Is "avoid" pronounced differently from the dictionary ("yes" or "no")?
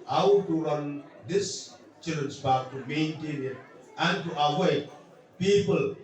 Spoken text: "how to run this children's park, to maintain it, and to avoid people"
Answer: yes